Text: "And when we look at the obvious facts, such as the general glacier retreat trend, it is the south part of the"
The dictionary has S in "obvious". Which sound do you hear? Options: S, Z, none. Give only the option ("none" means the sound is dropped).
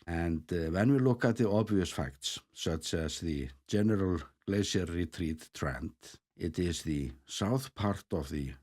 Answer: S